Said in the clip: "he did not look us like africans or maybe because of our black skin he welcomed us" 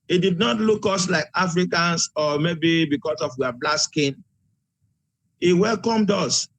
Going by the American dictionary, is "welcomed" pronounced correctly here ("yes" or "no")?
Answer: yes